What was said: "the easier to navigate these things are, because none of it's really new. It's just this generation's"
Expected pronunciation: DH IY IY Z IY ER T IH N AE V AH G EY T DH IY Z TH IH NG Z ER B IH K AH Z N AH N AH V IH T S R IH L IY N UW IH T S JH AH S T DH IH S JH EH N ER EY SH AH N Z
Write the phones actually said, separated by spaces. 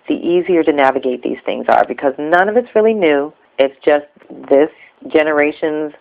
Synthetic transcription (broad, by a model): DH IY IY Z IY ER T IH N AE V AH G EY T DH IY Z TH IH NG Z ER B IH K AH Z N AH N AH V IH T S R IH L IY N UW IH T S JH AH S T DH IH S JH EH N ER EY SH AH N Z